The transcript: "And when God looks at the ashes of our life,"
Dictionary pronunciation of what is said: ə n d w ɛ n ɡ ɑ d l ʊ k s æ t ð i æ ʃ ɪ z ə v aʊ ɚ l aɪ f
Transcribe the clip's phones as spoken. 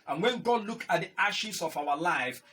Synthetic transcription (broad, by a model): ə n w ɛ n ɡ ɑ d l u k ɑ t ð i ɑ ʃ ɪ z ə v aʊ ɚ l aɪ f